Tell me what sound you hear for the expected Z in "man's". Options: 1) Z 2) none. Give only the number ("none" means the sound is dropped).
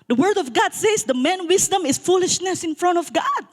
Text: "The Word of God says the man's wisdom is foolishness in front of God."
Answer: 2